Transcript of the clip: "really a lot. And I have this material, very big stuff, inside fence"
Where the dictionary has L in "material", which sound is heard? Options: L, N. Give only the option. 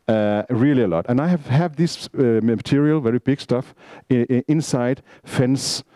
L